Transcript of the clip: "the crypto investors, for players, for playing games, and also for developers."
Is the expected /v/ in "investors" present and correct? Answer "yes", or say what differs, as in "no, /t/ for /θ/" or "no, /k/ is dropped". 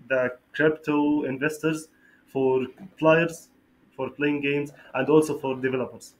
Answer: yes